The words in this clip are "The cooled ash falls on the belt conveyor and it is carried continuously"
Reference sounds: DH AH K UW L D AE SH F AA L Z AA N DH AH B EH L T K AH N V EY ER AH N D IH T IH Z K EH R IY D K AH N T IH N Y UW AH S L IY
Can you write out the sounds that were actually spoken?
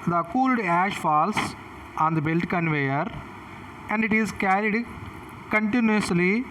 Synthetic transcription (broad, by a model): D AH K UW L D AE SH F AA L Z AA N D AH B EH L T K AH N V EY ER AH N D IH T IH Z K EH R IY D K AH N T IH N Y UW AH S L IY